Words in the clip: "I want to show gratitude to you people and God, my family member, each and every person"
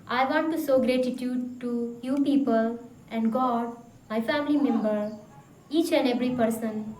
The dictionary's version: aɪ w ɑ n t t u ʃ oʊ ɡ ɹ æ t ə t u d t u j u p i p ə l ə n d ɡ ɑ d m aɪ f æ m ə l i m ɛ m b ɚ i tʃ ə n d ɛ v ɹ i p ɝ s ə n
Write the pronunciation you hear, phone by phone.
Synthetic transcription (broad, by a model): aɪ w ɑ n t t u s oʊ ɡ ɹ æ t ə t u d t u j u p i p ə l ə n d ɡ ɑ d m aɪ f æ m ə l i m ɛ m b ɚ i tʃ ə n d ɛ v ɹ i p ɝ s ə n